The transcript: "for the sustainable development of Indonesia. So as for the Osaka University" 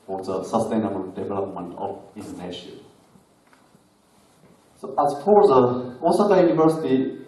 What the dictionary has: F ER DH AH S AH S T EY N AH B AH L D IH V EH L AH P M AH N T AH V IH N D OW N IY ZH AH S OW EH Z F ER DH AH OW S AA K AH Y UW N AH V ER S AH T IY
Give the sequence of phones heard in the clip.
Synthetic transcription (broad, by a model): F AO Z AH S AH S T EY N AH B AH L D IH V EH L AH P M AH N T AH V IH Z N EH SH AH S OW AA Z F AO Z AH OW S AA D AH Y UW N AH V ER S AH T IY